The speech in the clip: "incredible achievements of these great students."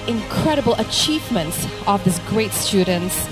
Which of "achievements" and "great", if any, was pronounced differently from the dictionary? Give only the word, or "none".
none